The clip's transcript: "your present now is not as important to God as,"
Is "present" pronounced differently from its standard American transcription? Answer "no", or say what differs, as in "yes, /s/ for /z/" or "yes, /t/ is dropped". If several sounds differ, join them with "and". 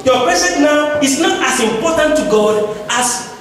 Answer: yes, /s/ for /z/